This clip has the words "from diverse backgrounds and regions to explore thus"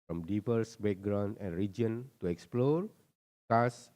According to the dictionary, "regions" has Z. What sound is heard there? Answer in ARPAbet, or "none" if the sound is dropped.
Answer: none